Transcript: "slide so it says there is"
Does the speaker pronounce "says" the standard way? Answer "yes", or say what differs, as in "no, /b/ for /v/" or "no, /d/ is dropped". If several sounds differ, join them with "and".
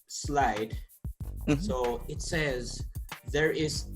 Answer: yes